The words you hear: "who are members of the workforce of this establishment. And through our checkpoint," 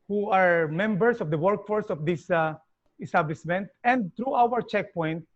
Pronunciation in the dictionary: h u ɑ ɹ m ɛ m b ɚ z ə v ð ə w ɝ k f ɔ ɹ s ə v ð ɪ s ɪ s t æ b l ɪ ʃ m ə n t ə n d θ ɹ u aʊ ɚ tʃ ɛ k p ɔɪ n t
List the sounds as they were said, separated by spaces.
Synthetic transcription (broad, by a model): h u ɑ ɹ m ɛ m b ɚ s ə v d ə w ɝ k f ɔ ɹ s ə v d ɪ s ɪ s t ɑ b l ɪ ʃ m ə n t ə n d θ ɹ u aʊ ɚ tʃ ɛ k p ɔɪ n t